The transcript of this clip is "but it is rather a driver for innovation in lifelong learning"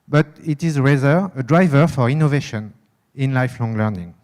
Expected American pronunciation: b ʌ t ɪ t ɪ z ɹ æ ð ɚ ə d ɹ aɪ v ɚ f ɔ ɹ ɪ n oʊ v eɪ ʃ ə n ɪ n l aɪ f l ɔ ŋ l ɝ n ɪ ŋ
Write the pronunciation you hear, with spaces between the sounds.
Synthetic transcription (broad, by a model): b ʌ t ɪ t ɪ z ɹ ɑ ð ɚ ə d ɹ aɪ v ɚ f ɔ ɹ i n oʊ v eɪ ʃ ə n ɪ n l aɪ f l ɔ ŋ l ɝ n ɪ ŋ